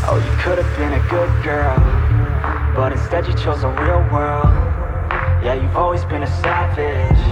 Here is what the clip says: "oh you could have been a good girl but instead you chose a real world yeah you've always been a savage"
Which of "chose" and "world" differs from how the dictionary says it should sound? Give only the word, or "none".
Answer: none